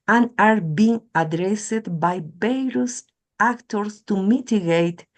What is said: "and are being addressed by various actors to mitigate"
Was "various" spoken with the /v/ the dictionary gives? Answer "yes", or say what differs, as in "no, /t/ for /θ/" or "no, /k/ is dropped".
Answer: no, /b/ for /v/